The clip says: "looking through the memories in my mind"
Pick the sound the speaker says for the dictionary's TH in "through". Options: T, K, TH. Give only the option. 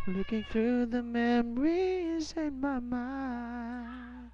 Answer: TH